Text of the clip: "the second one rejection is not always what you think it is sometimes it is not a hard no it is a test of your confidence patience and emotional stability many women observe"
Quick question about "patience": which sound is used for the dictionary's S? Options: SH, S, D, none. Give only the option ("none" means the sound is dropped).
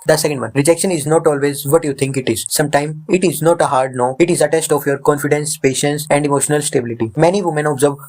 S